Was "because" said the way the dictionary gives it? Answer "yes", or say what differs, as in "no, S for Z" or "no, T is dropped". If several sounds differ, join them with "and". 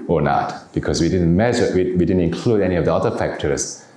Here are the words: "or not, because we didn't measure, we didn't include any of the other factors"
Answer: no, S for Z